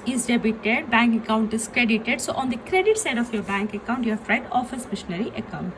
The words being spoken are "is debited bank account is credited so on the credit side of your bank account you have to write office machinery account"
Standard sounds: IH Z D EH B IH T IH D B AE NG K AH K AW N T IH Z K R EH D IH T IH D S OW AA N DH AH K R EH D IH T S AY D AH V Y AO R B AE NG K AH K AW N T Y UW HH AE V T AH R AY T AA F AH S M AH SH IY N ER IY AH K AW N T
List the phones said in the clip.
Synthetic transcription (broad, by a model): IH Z D EH B IH T IH D B AE NG K AH K AW N T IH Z K R EH D IH T IH D S OW AA N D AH K R EH D IH T S AY D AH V Y AO R B AE NG K AH K AW N T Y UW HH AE F T AH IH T AA F AH S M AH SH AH N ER IY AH K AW N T